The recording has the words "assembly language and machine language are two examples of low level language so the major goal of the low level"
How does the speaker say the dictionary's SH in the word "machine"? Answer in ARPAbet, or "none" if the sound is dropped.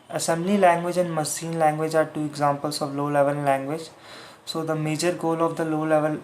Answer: S